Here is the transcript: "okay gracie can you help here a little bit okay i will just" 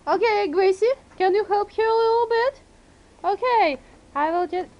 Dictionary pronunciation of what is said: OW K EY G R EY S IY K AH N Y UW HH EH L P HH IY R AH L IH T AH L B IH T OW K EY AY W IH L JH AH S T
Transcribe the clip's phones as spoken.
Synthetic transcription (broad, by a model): OW K EY G R EY S IY K AH N Y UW HH EH L P HH IY R AH L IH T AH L B IH T OW K EY AY W IH L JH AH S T